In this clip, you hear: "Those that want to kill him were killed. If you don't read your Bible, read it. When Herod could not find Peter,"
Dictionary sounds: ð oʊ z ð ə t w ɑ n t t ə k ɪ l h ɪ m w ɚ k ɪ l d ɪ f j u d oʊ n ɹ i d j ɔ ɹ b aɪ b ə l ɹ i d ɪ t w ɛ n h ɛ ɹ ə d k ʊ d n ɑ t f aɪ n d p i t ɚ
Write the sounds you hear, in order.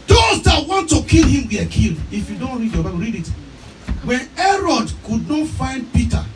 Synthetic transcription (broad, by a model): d oʊ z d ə t w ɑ n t t ə k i l h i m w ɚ k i l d ɪ f j u d oʊ n ɹ i d j ɔ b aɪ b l ɹ i d ɪ t w ɛ n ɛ ɹ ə d k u d n ɑ t f aɪ n d p i t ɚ